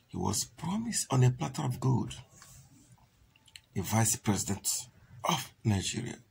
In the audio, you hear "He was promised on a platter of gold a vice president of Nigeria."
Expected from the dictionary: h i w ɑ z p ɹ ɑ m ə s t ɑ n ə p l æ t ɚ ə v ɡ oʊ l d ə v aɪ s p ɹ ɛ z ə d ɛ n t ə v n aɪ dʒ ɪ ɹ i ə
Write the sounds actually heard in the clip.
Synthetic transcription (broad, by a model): h i w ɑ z p ɹ ɑ m ə s t ɑ n ə p l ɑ t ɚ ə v ɡ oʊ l d ə v aɪ s p ɹ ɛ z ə d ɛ n t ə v n aɪ dʒ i ɹ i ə